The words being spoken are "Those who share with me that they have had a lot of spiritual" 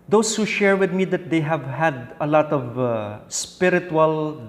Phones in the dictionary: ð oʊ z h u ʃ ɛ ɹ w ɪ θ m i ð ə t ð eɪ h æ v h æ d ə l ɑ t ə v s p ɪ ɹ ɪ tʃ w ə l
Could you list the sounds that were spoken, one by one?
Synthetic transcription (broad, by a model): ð oʊ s h u ʃ ɛ ɹ w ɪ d m i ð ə t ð eɪ h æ v h æ d ə l ɑ t ə v s p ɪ ɹ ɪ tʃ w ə l